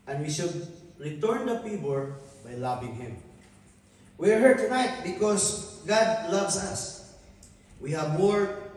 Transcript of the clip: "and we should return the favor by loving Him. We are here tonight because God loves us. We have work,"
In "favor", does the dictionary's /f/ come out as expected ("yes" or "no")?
no